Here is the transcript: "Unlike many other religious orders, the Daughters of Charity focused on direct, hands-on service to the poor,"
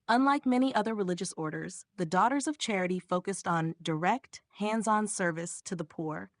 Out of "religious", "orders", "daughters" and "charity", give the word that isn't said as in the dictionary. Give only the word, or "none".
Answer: none